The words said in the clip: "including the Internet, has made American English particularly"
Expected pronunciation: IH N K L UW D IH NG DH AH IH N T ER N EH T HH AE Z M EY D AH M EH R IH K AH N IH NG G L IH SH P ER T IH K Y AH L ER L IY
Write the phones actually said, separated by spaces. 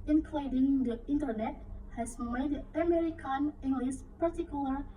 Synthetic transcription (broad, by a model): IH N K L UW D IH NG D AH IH N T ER N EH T HH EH S M EY D AH M EH R IH K AH N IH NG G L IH S P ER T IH K Y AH L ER